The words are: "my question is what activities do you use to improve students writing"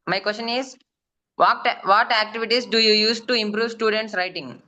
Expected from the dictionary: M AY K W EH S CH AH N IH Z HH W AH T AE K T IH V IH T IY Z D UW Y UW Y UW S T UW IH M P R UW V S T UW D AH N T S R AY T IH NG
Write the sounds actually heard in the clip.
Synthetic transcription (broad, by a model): M AY K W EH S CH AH N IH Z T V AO T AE K T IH V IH T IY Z D UW Y UW Y UW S T UW IH M P R UW V S T UW D AH N T S R AY T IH NG